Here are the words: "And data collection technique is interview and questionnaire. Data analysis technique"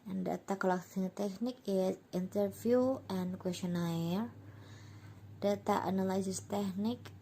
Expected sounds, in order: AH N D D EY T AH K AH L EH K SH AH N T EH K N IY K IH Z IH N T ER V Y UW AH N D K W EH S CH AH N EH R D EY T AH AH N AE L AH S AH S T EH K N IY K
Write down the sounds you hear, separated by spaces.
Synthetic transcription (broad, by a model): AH N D D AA T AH K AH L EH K S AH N T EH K N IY K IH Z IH N T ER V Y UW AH N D K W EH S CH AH N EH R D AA T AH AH N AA L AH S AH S T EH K N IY K